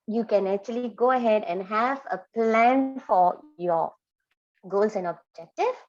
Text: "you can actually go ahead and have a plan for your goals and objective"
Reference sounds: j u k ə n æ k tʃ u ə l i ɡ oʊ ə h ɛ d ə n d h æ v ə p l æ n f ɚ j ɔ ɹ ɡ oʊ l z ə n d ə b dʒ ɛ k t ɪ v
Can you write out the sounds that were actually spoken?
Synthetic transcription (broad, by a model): j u k ə n æ k tʃ u ə l i ɡ oʊ ə h ɛ d ə n d h æ v ə p l æ n f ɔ j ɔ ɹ ɡ oʊ l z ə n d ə b dʒ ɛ k t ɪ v